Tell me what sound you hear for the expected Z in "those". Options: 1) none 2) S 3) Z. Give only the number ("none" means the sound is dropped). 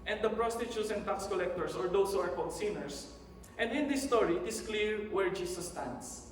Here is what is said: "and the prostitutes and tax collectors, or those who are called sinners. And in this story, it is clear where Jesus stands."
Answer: 2